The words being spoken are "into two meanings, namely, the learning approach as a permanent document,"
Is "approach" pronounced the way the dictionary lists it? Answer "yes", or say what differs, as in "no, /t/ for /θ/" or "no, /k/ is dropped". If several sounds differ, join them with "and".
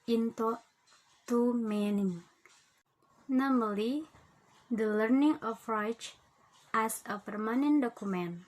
no, /f/ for /p/